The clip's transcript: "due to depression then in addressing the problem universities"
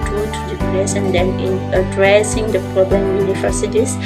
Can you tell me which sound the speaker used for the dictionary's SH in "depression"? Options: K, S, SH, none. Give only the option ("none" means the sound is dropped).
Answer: S